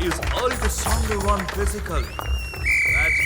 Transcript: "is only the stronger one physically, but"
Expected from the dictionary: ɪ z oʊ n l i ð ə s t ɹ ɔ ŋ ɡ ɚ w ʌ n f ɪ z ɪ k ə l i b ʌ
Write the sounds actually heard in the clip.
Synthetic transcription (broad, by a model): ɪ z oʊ l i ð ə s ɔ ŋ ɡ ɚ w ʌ n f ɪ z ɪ k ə l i